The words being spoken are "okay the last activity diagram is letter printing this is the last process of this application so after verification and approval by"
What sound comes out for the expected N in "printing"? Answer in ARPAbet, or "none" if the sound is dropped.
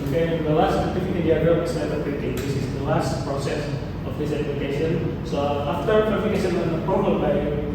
none